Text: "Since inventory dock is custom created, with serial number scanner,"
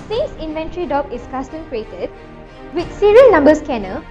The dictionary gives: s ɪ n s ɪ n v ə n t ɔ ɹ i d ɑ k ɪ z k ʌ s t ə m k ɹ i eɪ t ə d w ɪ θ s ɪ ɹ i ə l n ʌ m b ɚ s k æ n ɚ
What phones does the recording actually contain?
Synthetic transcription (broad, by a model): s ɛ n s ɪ n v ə n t ɹ i d ɑ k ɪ s k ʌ s t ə m k ɹ i eɪ t ə d w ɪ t s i ɹ i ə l n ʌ m b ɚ s k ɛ n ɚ